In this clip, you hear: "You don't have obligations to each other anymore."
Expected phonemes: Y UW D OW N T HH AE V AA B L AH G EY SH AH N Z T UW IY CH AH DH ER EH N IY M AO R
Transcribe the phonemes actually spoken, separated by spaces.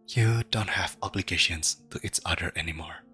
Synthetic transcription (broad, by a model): Y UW D OW N T HH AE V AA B L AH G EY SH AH N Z T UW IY S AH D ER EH N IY M AO R